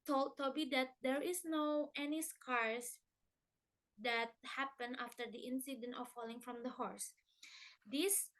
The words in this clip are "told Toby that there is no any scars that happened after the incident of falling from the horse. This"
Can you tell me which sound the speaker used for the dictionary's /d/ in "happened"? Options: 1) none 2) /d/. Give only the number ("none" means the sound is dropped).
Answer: 1